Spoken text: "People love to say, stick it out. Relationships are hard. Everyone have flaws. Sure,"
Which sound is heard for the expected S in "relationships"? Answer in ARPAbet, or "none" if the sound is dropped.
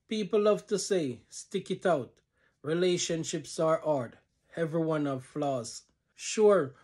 S